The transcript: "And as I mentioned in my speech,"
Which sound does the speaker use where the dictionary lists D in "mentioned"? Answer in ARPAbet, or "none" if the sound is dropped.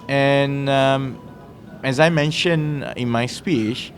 none